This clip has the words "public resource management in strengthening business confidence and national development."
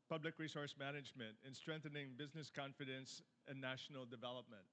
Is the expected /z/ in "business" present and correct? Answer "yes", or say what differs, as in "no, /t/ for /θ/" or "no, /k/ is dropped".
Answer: yes